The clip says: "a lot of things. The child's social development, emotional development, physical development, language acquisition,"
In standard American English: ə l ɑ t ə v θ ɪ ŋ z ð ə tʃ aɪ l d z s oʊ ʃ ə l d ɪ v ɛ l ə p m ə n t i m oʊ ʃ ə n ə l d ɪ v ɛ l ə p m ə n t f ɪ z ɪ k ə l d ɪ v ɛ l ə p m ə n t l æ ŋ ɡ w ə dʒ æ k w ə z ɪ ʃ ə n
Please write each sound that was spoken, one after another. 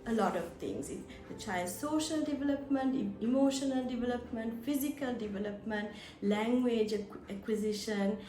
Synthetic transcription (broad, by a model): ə l ɑ t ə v t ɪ ŋ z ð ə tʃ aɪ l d s oʊ ʃ ə l d ɪ v ɛ l ə p m ə n t i m oʊ ʃ ə n ə l d ɪ v ɛ l ə p m ə n t f ɪ z ɪ k ə l d ɪ v ɛ l ə p m ə n t l æ ŋ ɡ w ə dʒ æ k w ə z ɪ ʃ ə n